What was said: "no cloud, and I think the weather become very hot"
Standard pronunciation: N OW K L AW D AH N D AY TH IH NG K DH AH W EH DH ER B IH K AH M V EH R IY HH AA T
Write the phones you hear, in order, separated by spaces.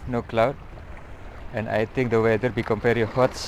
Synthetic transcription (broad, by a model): N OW K L AW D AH N AY T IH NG K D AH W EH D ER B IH K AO M P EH R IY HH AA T